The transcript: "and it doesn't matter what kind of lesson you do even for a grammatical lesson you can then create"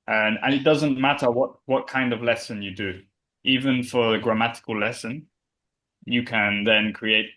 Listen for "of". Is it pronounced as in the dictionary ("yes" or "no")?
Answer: yes